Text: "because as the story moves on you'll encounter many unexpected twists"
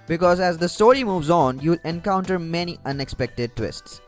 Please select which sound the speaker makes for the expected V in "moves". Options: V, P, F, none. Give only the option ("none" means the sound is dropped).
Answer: V